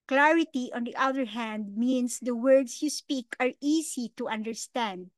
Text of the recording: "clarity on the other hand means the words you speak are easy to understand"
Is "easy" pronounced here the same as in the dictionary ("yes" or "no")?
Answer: no